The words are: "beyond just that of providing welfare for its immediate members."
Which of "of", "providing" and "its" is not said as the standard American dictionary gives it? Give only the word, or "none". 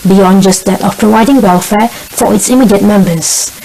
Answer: of